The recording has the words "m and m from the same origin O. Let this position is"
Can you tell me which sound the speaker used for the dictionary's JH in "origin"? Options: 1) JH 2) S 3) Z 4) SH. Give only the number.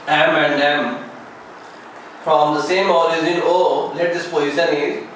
3